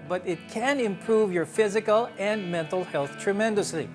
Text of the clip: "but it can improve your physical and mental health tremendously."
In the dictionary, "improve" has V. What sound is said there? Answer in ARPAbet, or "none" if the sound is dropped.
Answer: V